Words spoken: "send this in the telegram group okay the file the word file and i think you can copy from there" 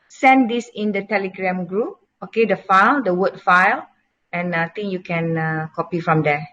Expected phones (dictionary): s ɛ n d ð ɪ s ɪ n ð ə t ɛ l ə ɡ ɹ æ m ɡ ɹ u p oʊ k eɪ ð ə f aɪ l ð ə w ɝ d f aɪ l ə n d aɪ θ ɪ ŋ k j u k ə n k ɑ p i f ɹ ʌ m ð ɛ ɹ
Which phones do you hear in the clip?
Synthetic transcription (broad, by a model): s ɛ n d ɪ s ɪ n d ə t ɛ l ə ɡ ɹ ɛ m ɡ ɹ u p oʊ k eɪ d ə f aɪ l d ə w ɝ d f aɪ l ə n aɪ t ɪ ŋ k j u k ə n k ɑ p i f ɹ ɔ m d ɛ